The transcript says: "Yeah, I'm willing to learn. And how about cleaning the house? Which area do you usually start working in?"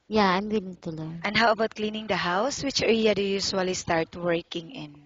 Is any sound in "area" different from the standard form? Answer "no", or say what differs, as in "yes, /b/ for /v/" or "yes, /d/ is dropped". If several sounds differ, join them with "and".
yes, /l/ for /ɹ/